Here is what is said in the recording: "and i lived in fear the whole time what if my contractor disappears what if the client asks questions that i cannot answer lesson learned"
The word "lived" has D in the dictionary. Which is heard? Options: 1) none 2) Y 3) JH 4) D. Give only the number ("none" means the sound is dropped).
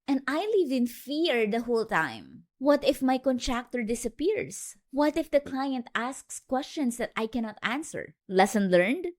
1